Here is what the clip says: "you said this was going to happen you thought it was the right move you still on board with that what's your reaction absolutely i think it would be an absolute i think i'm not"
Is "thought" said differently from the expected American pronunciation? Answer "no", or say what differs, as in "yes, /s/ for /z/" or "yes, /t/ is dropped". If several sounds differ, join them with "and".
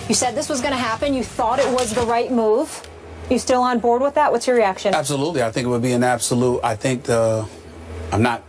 no